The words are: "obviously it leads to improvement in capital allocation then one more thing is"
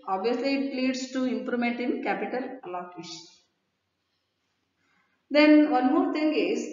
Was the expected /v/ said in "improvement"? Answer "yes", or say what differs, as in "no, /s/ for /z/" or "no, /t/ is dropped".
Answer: no, /v/ is dropped